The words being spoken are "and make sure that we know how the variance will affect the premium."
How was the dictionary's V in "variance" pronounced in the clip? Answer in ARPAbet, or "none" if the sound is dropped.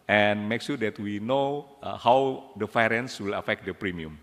F